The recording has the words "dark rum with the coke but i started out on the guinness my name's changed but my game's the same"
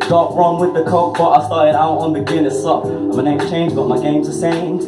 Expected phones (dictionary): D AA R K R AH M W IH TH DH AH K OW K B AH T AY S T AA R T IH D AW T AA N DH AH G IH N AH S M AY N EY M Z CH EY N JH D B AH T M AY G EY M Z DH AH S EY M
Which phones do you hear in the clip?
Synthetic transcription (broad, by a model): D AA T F R AH M W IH DH AH K OW K B AH T AY S T AA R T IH D AW T N DH AH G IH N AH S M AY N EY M CH EY N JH B AH T M AY G EY M Z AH S EY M